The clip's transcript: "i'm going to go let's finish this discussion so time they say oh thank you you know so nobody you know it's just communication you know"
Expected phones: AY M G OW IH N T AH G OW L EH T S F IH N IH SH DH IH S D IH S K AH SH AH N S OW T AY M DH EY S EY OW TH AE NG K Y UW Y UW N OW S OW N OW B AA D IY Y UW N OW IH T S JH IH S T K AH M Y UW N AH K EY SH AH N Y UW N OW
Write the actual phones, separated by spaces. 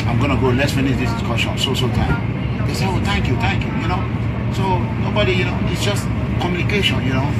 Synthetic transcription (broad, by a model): AY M G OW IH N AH G OW L EH S F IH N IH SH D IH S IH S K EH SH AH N S OW T AY M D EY S EY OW T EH NG K Y UW Y UW N OW S OW N OW B AA D IY Y UW N OW IH T S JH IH S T K AH M Y UW N AH K EY SH AH N Y UW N OW